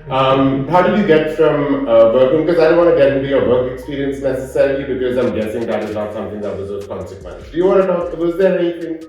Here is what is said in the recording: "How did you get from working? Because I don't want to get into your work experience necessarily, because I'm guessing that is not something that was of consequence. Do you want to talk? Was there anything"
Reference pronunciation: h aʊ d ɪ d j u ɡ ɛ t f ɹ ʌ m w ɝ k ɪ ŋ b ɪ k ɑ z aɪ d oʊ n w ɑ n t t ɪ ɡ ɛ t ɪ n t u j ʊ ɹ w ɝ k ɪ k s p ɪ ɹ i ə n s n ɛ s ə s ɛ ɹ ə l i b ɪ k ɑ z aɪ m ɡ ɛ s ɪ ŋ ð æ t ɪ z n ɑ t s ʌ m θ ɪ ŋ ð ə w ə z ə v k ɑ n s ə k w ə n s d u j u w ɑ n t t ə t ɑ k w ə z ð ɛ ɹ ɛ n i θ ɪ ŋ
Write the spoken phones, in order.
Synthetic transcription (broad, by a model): h aʊ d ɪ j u ɡ ɛ t f ɹ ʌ m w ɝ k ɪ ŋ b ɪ k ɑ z aɪ d oʊ n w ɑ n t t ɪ ɡ ɛ t ɪ n t u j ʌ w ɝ k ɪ k s p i ɹ i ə n s n ɛ s ə s ɛ ɹ ə l i b ɪ k ɑ z aɪ m ɡ ɛ s ɪ ŋ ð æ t ɪ z l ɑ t s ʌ m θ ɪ ŋ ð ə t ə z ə k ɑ n s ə k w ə n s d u j u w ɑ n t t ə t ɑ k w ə z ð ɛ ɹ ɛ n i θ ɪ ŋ